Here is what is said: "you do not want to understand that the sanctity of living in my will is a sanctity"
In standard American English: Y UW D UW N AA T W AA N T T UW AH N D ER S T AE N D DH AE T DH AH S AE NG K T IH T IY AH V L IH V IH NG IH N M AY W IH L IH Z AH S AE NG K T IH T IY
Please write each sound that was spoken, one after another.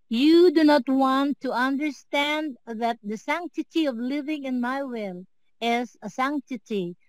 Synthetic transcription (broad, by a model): Y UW D UW N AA T W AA N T T UW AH N D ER S T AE N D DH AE T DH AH S AE NG K T IH T IY AH V L IH V IH NG IH N M AY W IH L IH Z AH S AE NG K T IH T IY